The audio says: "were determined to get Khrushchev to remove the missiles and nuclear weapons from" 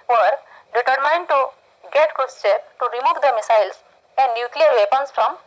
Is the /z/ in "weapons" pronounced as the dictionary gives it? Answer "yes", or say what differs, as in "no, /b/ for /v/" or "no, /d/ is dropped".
no, /s/ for /z/